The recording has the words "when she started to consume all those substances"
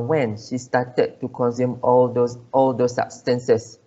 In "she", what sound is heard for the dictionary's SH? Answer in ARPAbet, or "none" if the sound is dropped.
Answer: SH